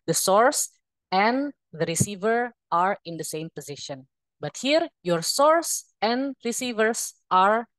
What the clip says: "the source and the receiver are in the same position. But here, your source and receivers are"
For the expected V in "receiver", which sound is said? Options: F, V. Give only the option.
V